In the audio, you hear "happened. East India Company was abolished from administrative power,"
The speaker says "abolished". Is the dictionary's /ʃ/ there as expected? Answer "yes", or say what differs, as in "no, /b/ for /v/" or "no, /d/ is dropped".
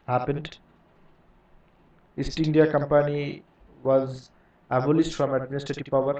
no, /s/ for /ʃ/